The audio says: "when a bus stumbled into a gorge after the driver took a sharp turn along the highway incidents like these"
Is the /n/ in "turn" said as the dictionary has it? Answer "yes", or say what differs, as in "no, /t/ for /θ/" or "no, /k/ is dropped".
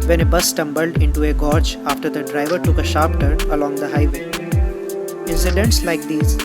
no, /n/ is dropped